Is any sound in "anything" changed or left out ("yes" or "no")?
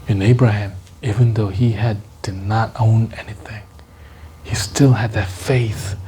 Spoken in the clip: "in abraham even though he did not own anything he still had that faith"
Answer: no